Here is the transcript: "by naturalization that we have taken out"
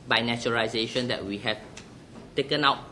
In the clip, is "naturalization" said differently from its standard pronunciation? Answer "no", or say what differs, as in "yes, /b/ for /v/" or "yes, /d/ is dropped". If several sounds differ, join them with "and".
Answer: yes, /ɹ/ is dropped